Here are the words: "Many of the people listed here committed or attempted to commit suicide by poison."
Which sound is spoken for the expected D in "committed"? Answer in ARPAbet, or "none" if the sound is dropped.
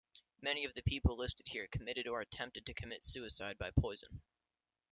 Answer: D